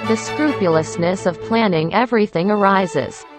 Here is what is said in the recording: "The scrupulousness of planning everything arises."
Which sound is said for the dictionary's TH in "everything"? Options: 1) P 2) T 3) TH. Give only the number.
3